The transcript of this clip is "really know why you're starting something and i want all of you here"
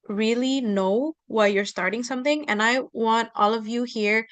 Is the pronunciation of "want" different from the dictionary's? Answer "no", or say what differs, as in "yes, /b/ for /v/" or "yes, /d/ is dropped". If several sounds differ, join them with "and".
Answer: no